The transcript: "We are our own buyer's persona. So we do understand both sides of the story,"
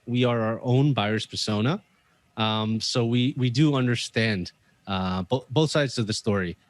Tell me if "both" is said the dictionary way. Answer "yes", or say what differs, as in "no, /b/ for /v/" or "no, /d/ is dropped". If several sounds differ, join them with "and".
yes